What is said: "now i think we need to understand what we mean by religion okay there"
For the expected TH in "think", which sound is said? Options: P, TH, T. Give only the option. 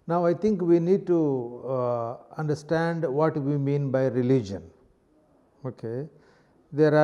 T